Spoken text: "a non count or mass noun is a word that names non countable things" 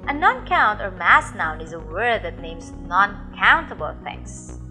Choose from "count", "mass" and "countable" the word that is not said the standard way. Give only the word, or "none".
none